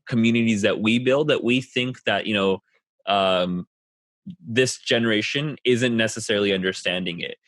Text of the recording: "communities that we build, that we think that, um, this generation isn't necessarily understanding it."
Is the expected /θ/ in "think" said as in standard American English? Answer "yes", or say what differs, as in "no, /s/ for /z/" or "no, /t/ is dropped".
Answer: yes